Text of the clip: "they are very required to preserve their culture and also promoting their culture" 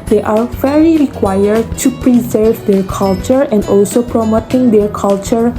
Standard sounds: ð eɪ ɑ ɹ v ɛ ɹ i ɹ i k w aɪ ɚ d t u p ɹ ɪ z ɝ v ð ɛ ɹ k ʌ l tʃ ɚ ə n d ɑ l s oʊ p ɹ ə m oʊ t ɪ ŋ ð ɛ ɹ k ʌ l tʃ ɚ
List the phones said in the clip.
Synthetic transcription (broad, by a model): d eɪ ɑ ɹ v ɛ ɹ i ɹ i k w aɪ ɚ d t u p ɹ ɪ z ɝ v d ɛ ɹ k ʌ l tʃ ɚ ə n d ɑ l s oʊ p ɹ ə m oʊ t ɪ ŋ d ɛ ɹ k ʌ l tʃ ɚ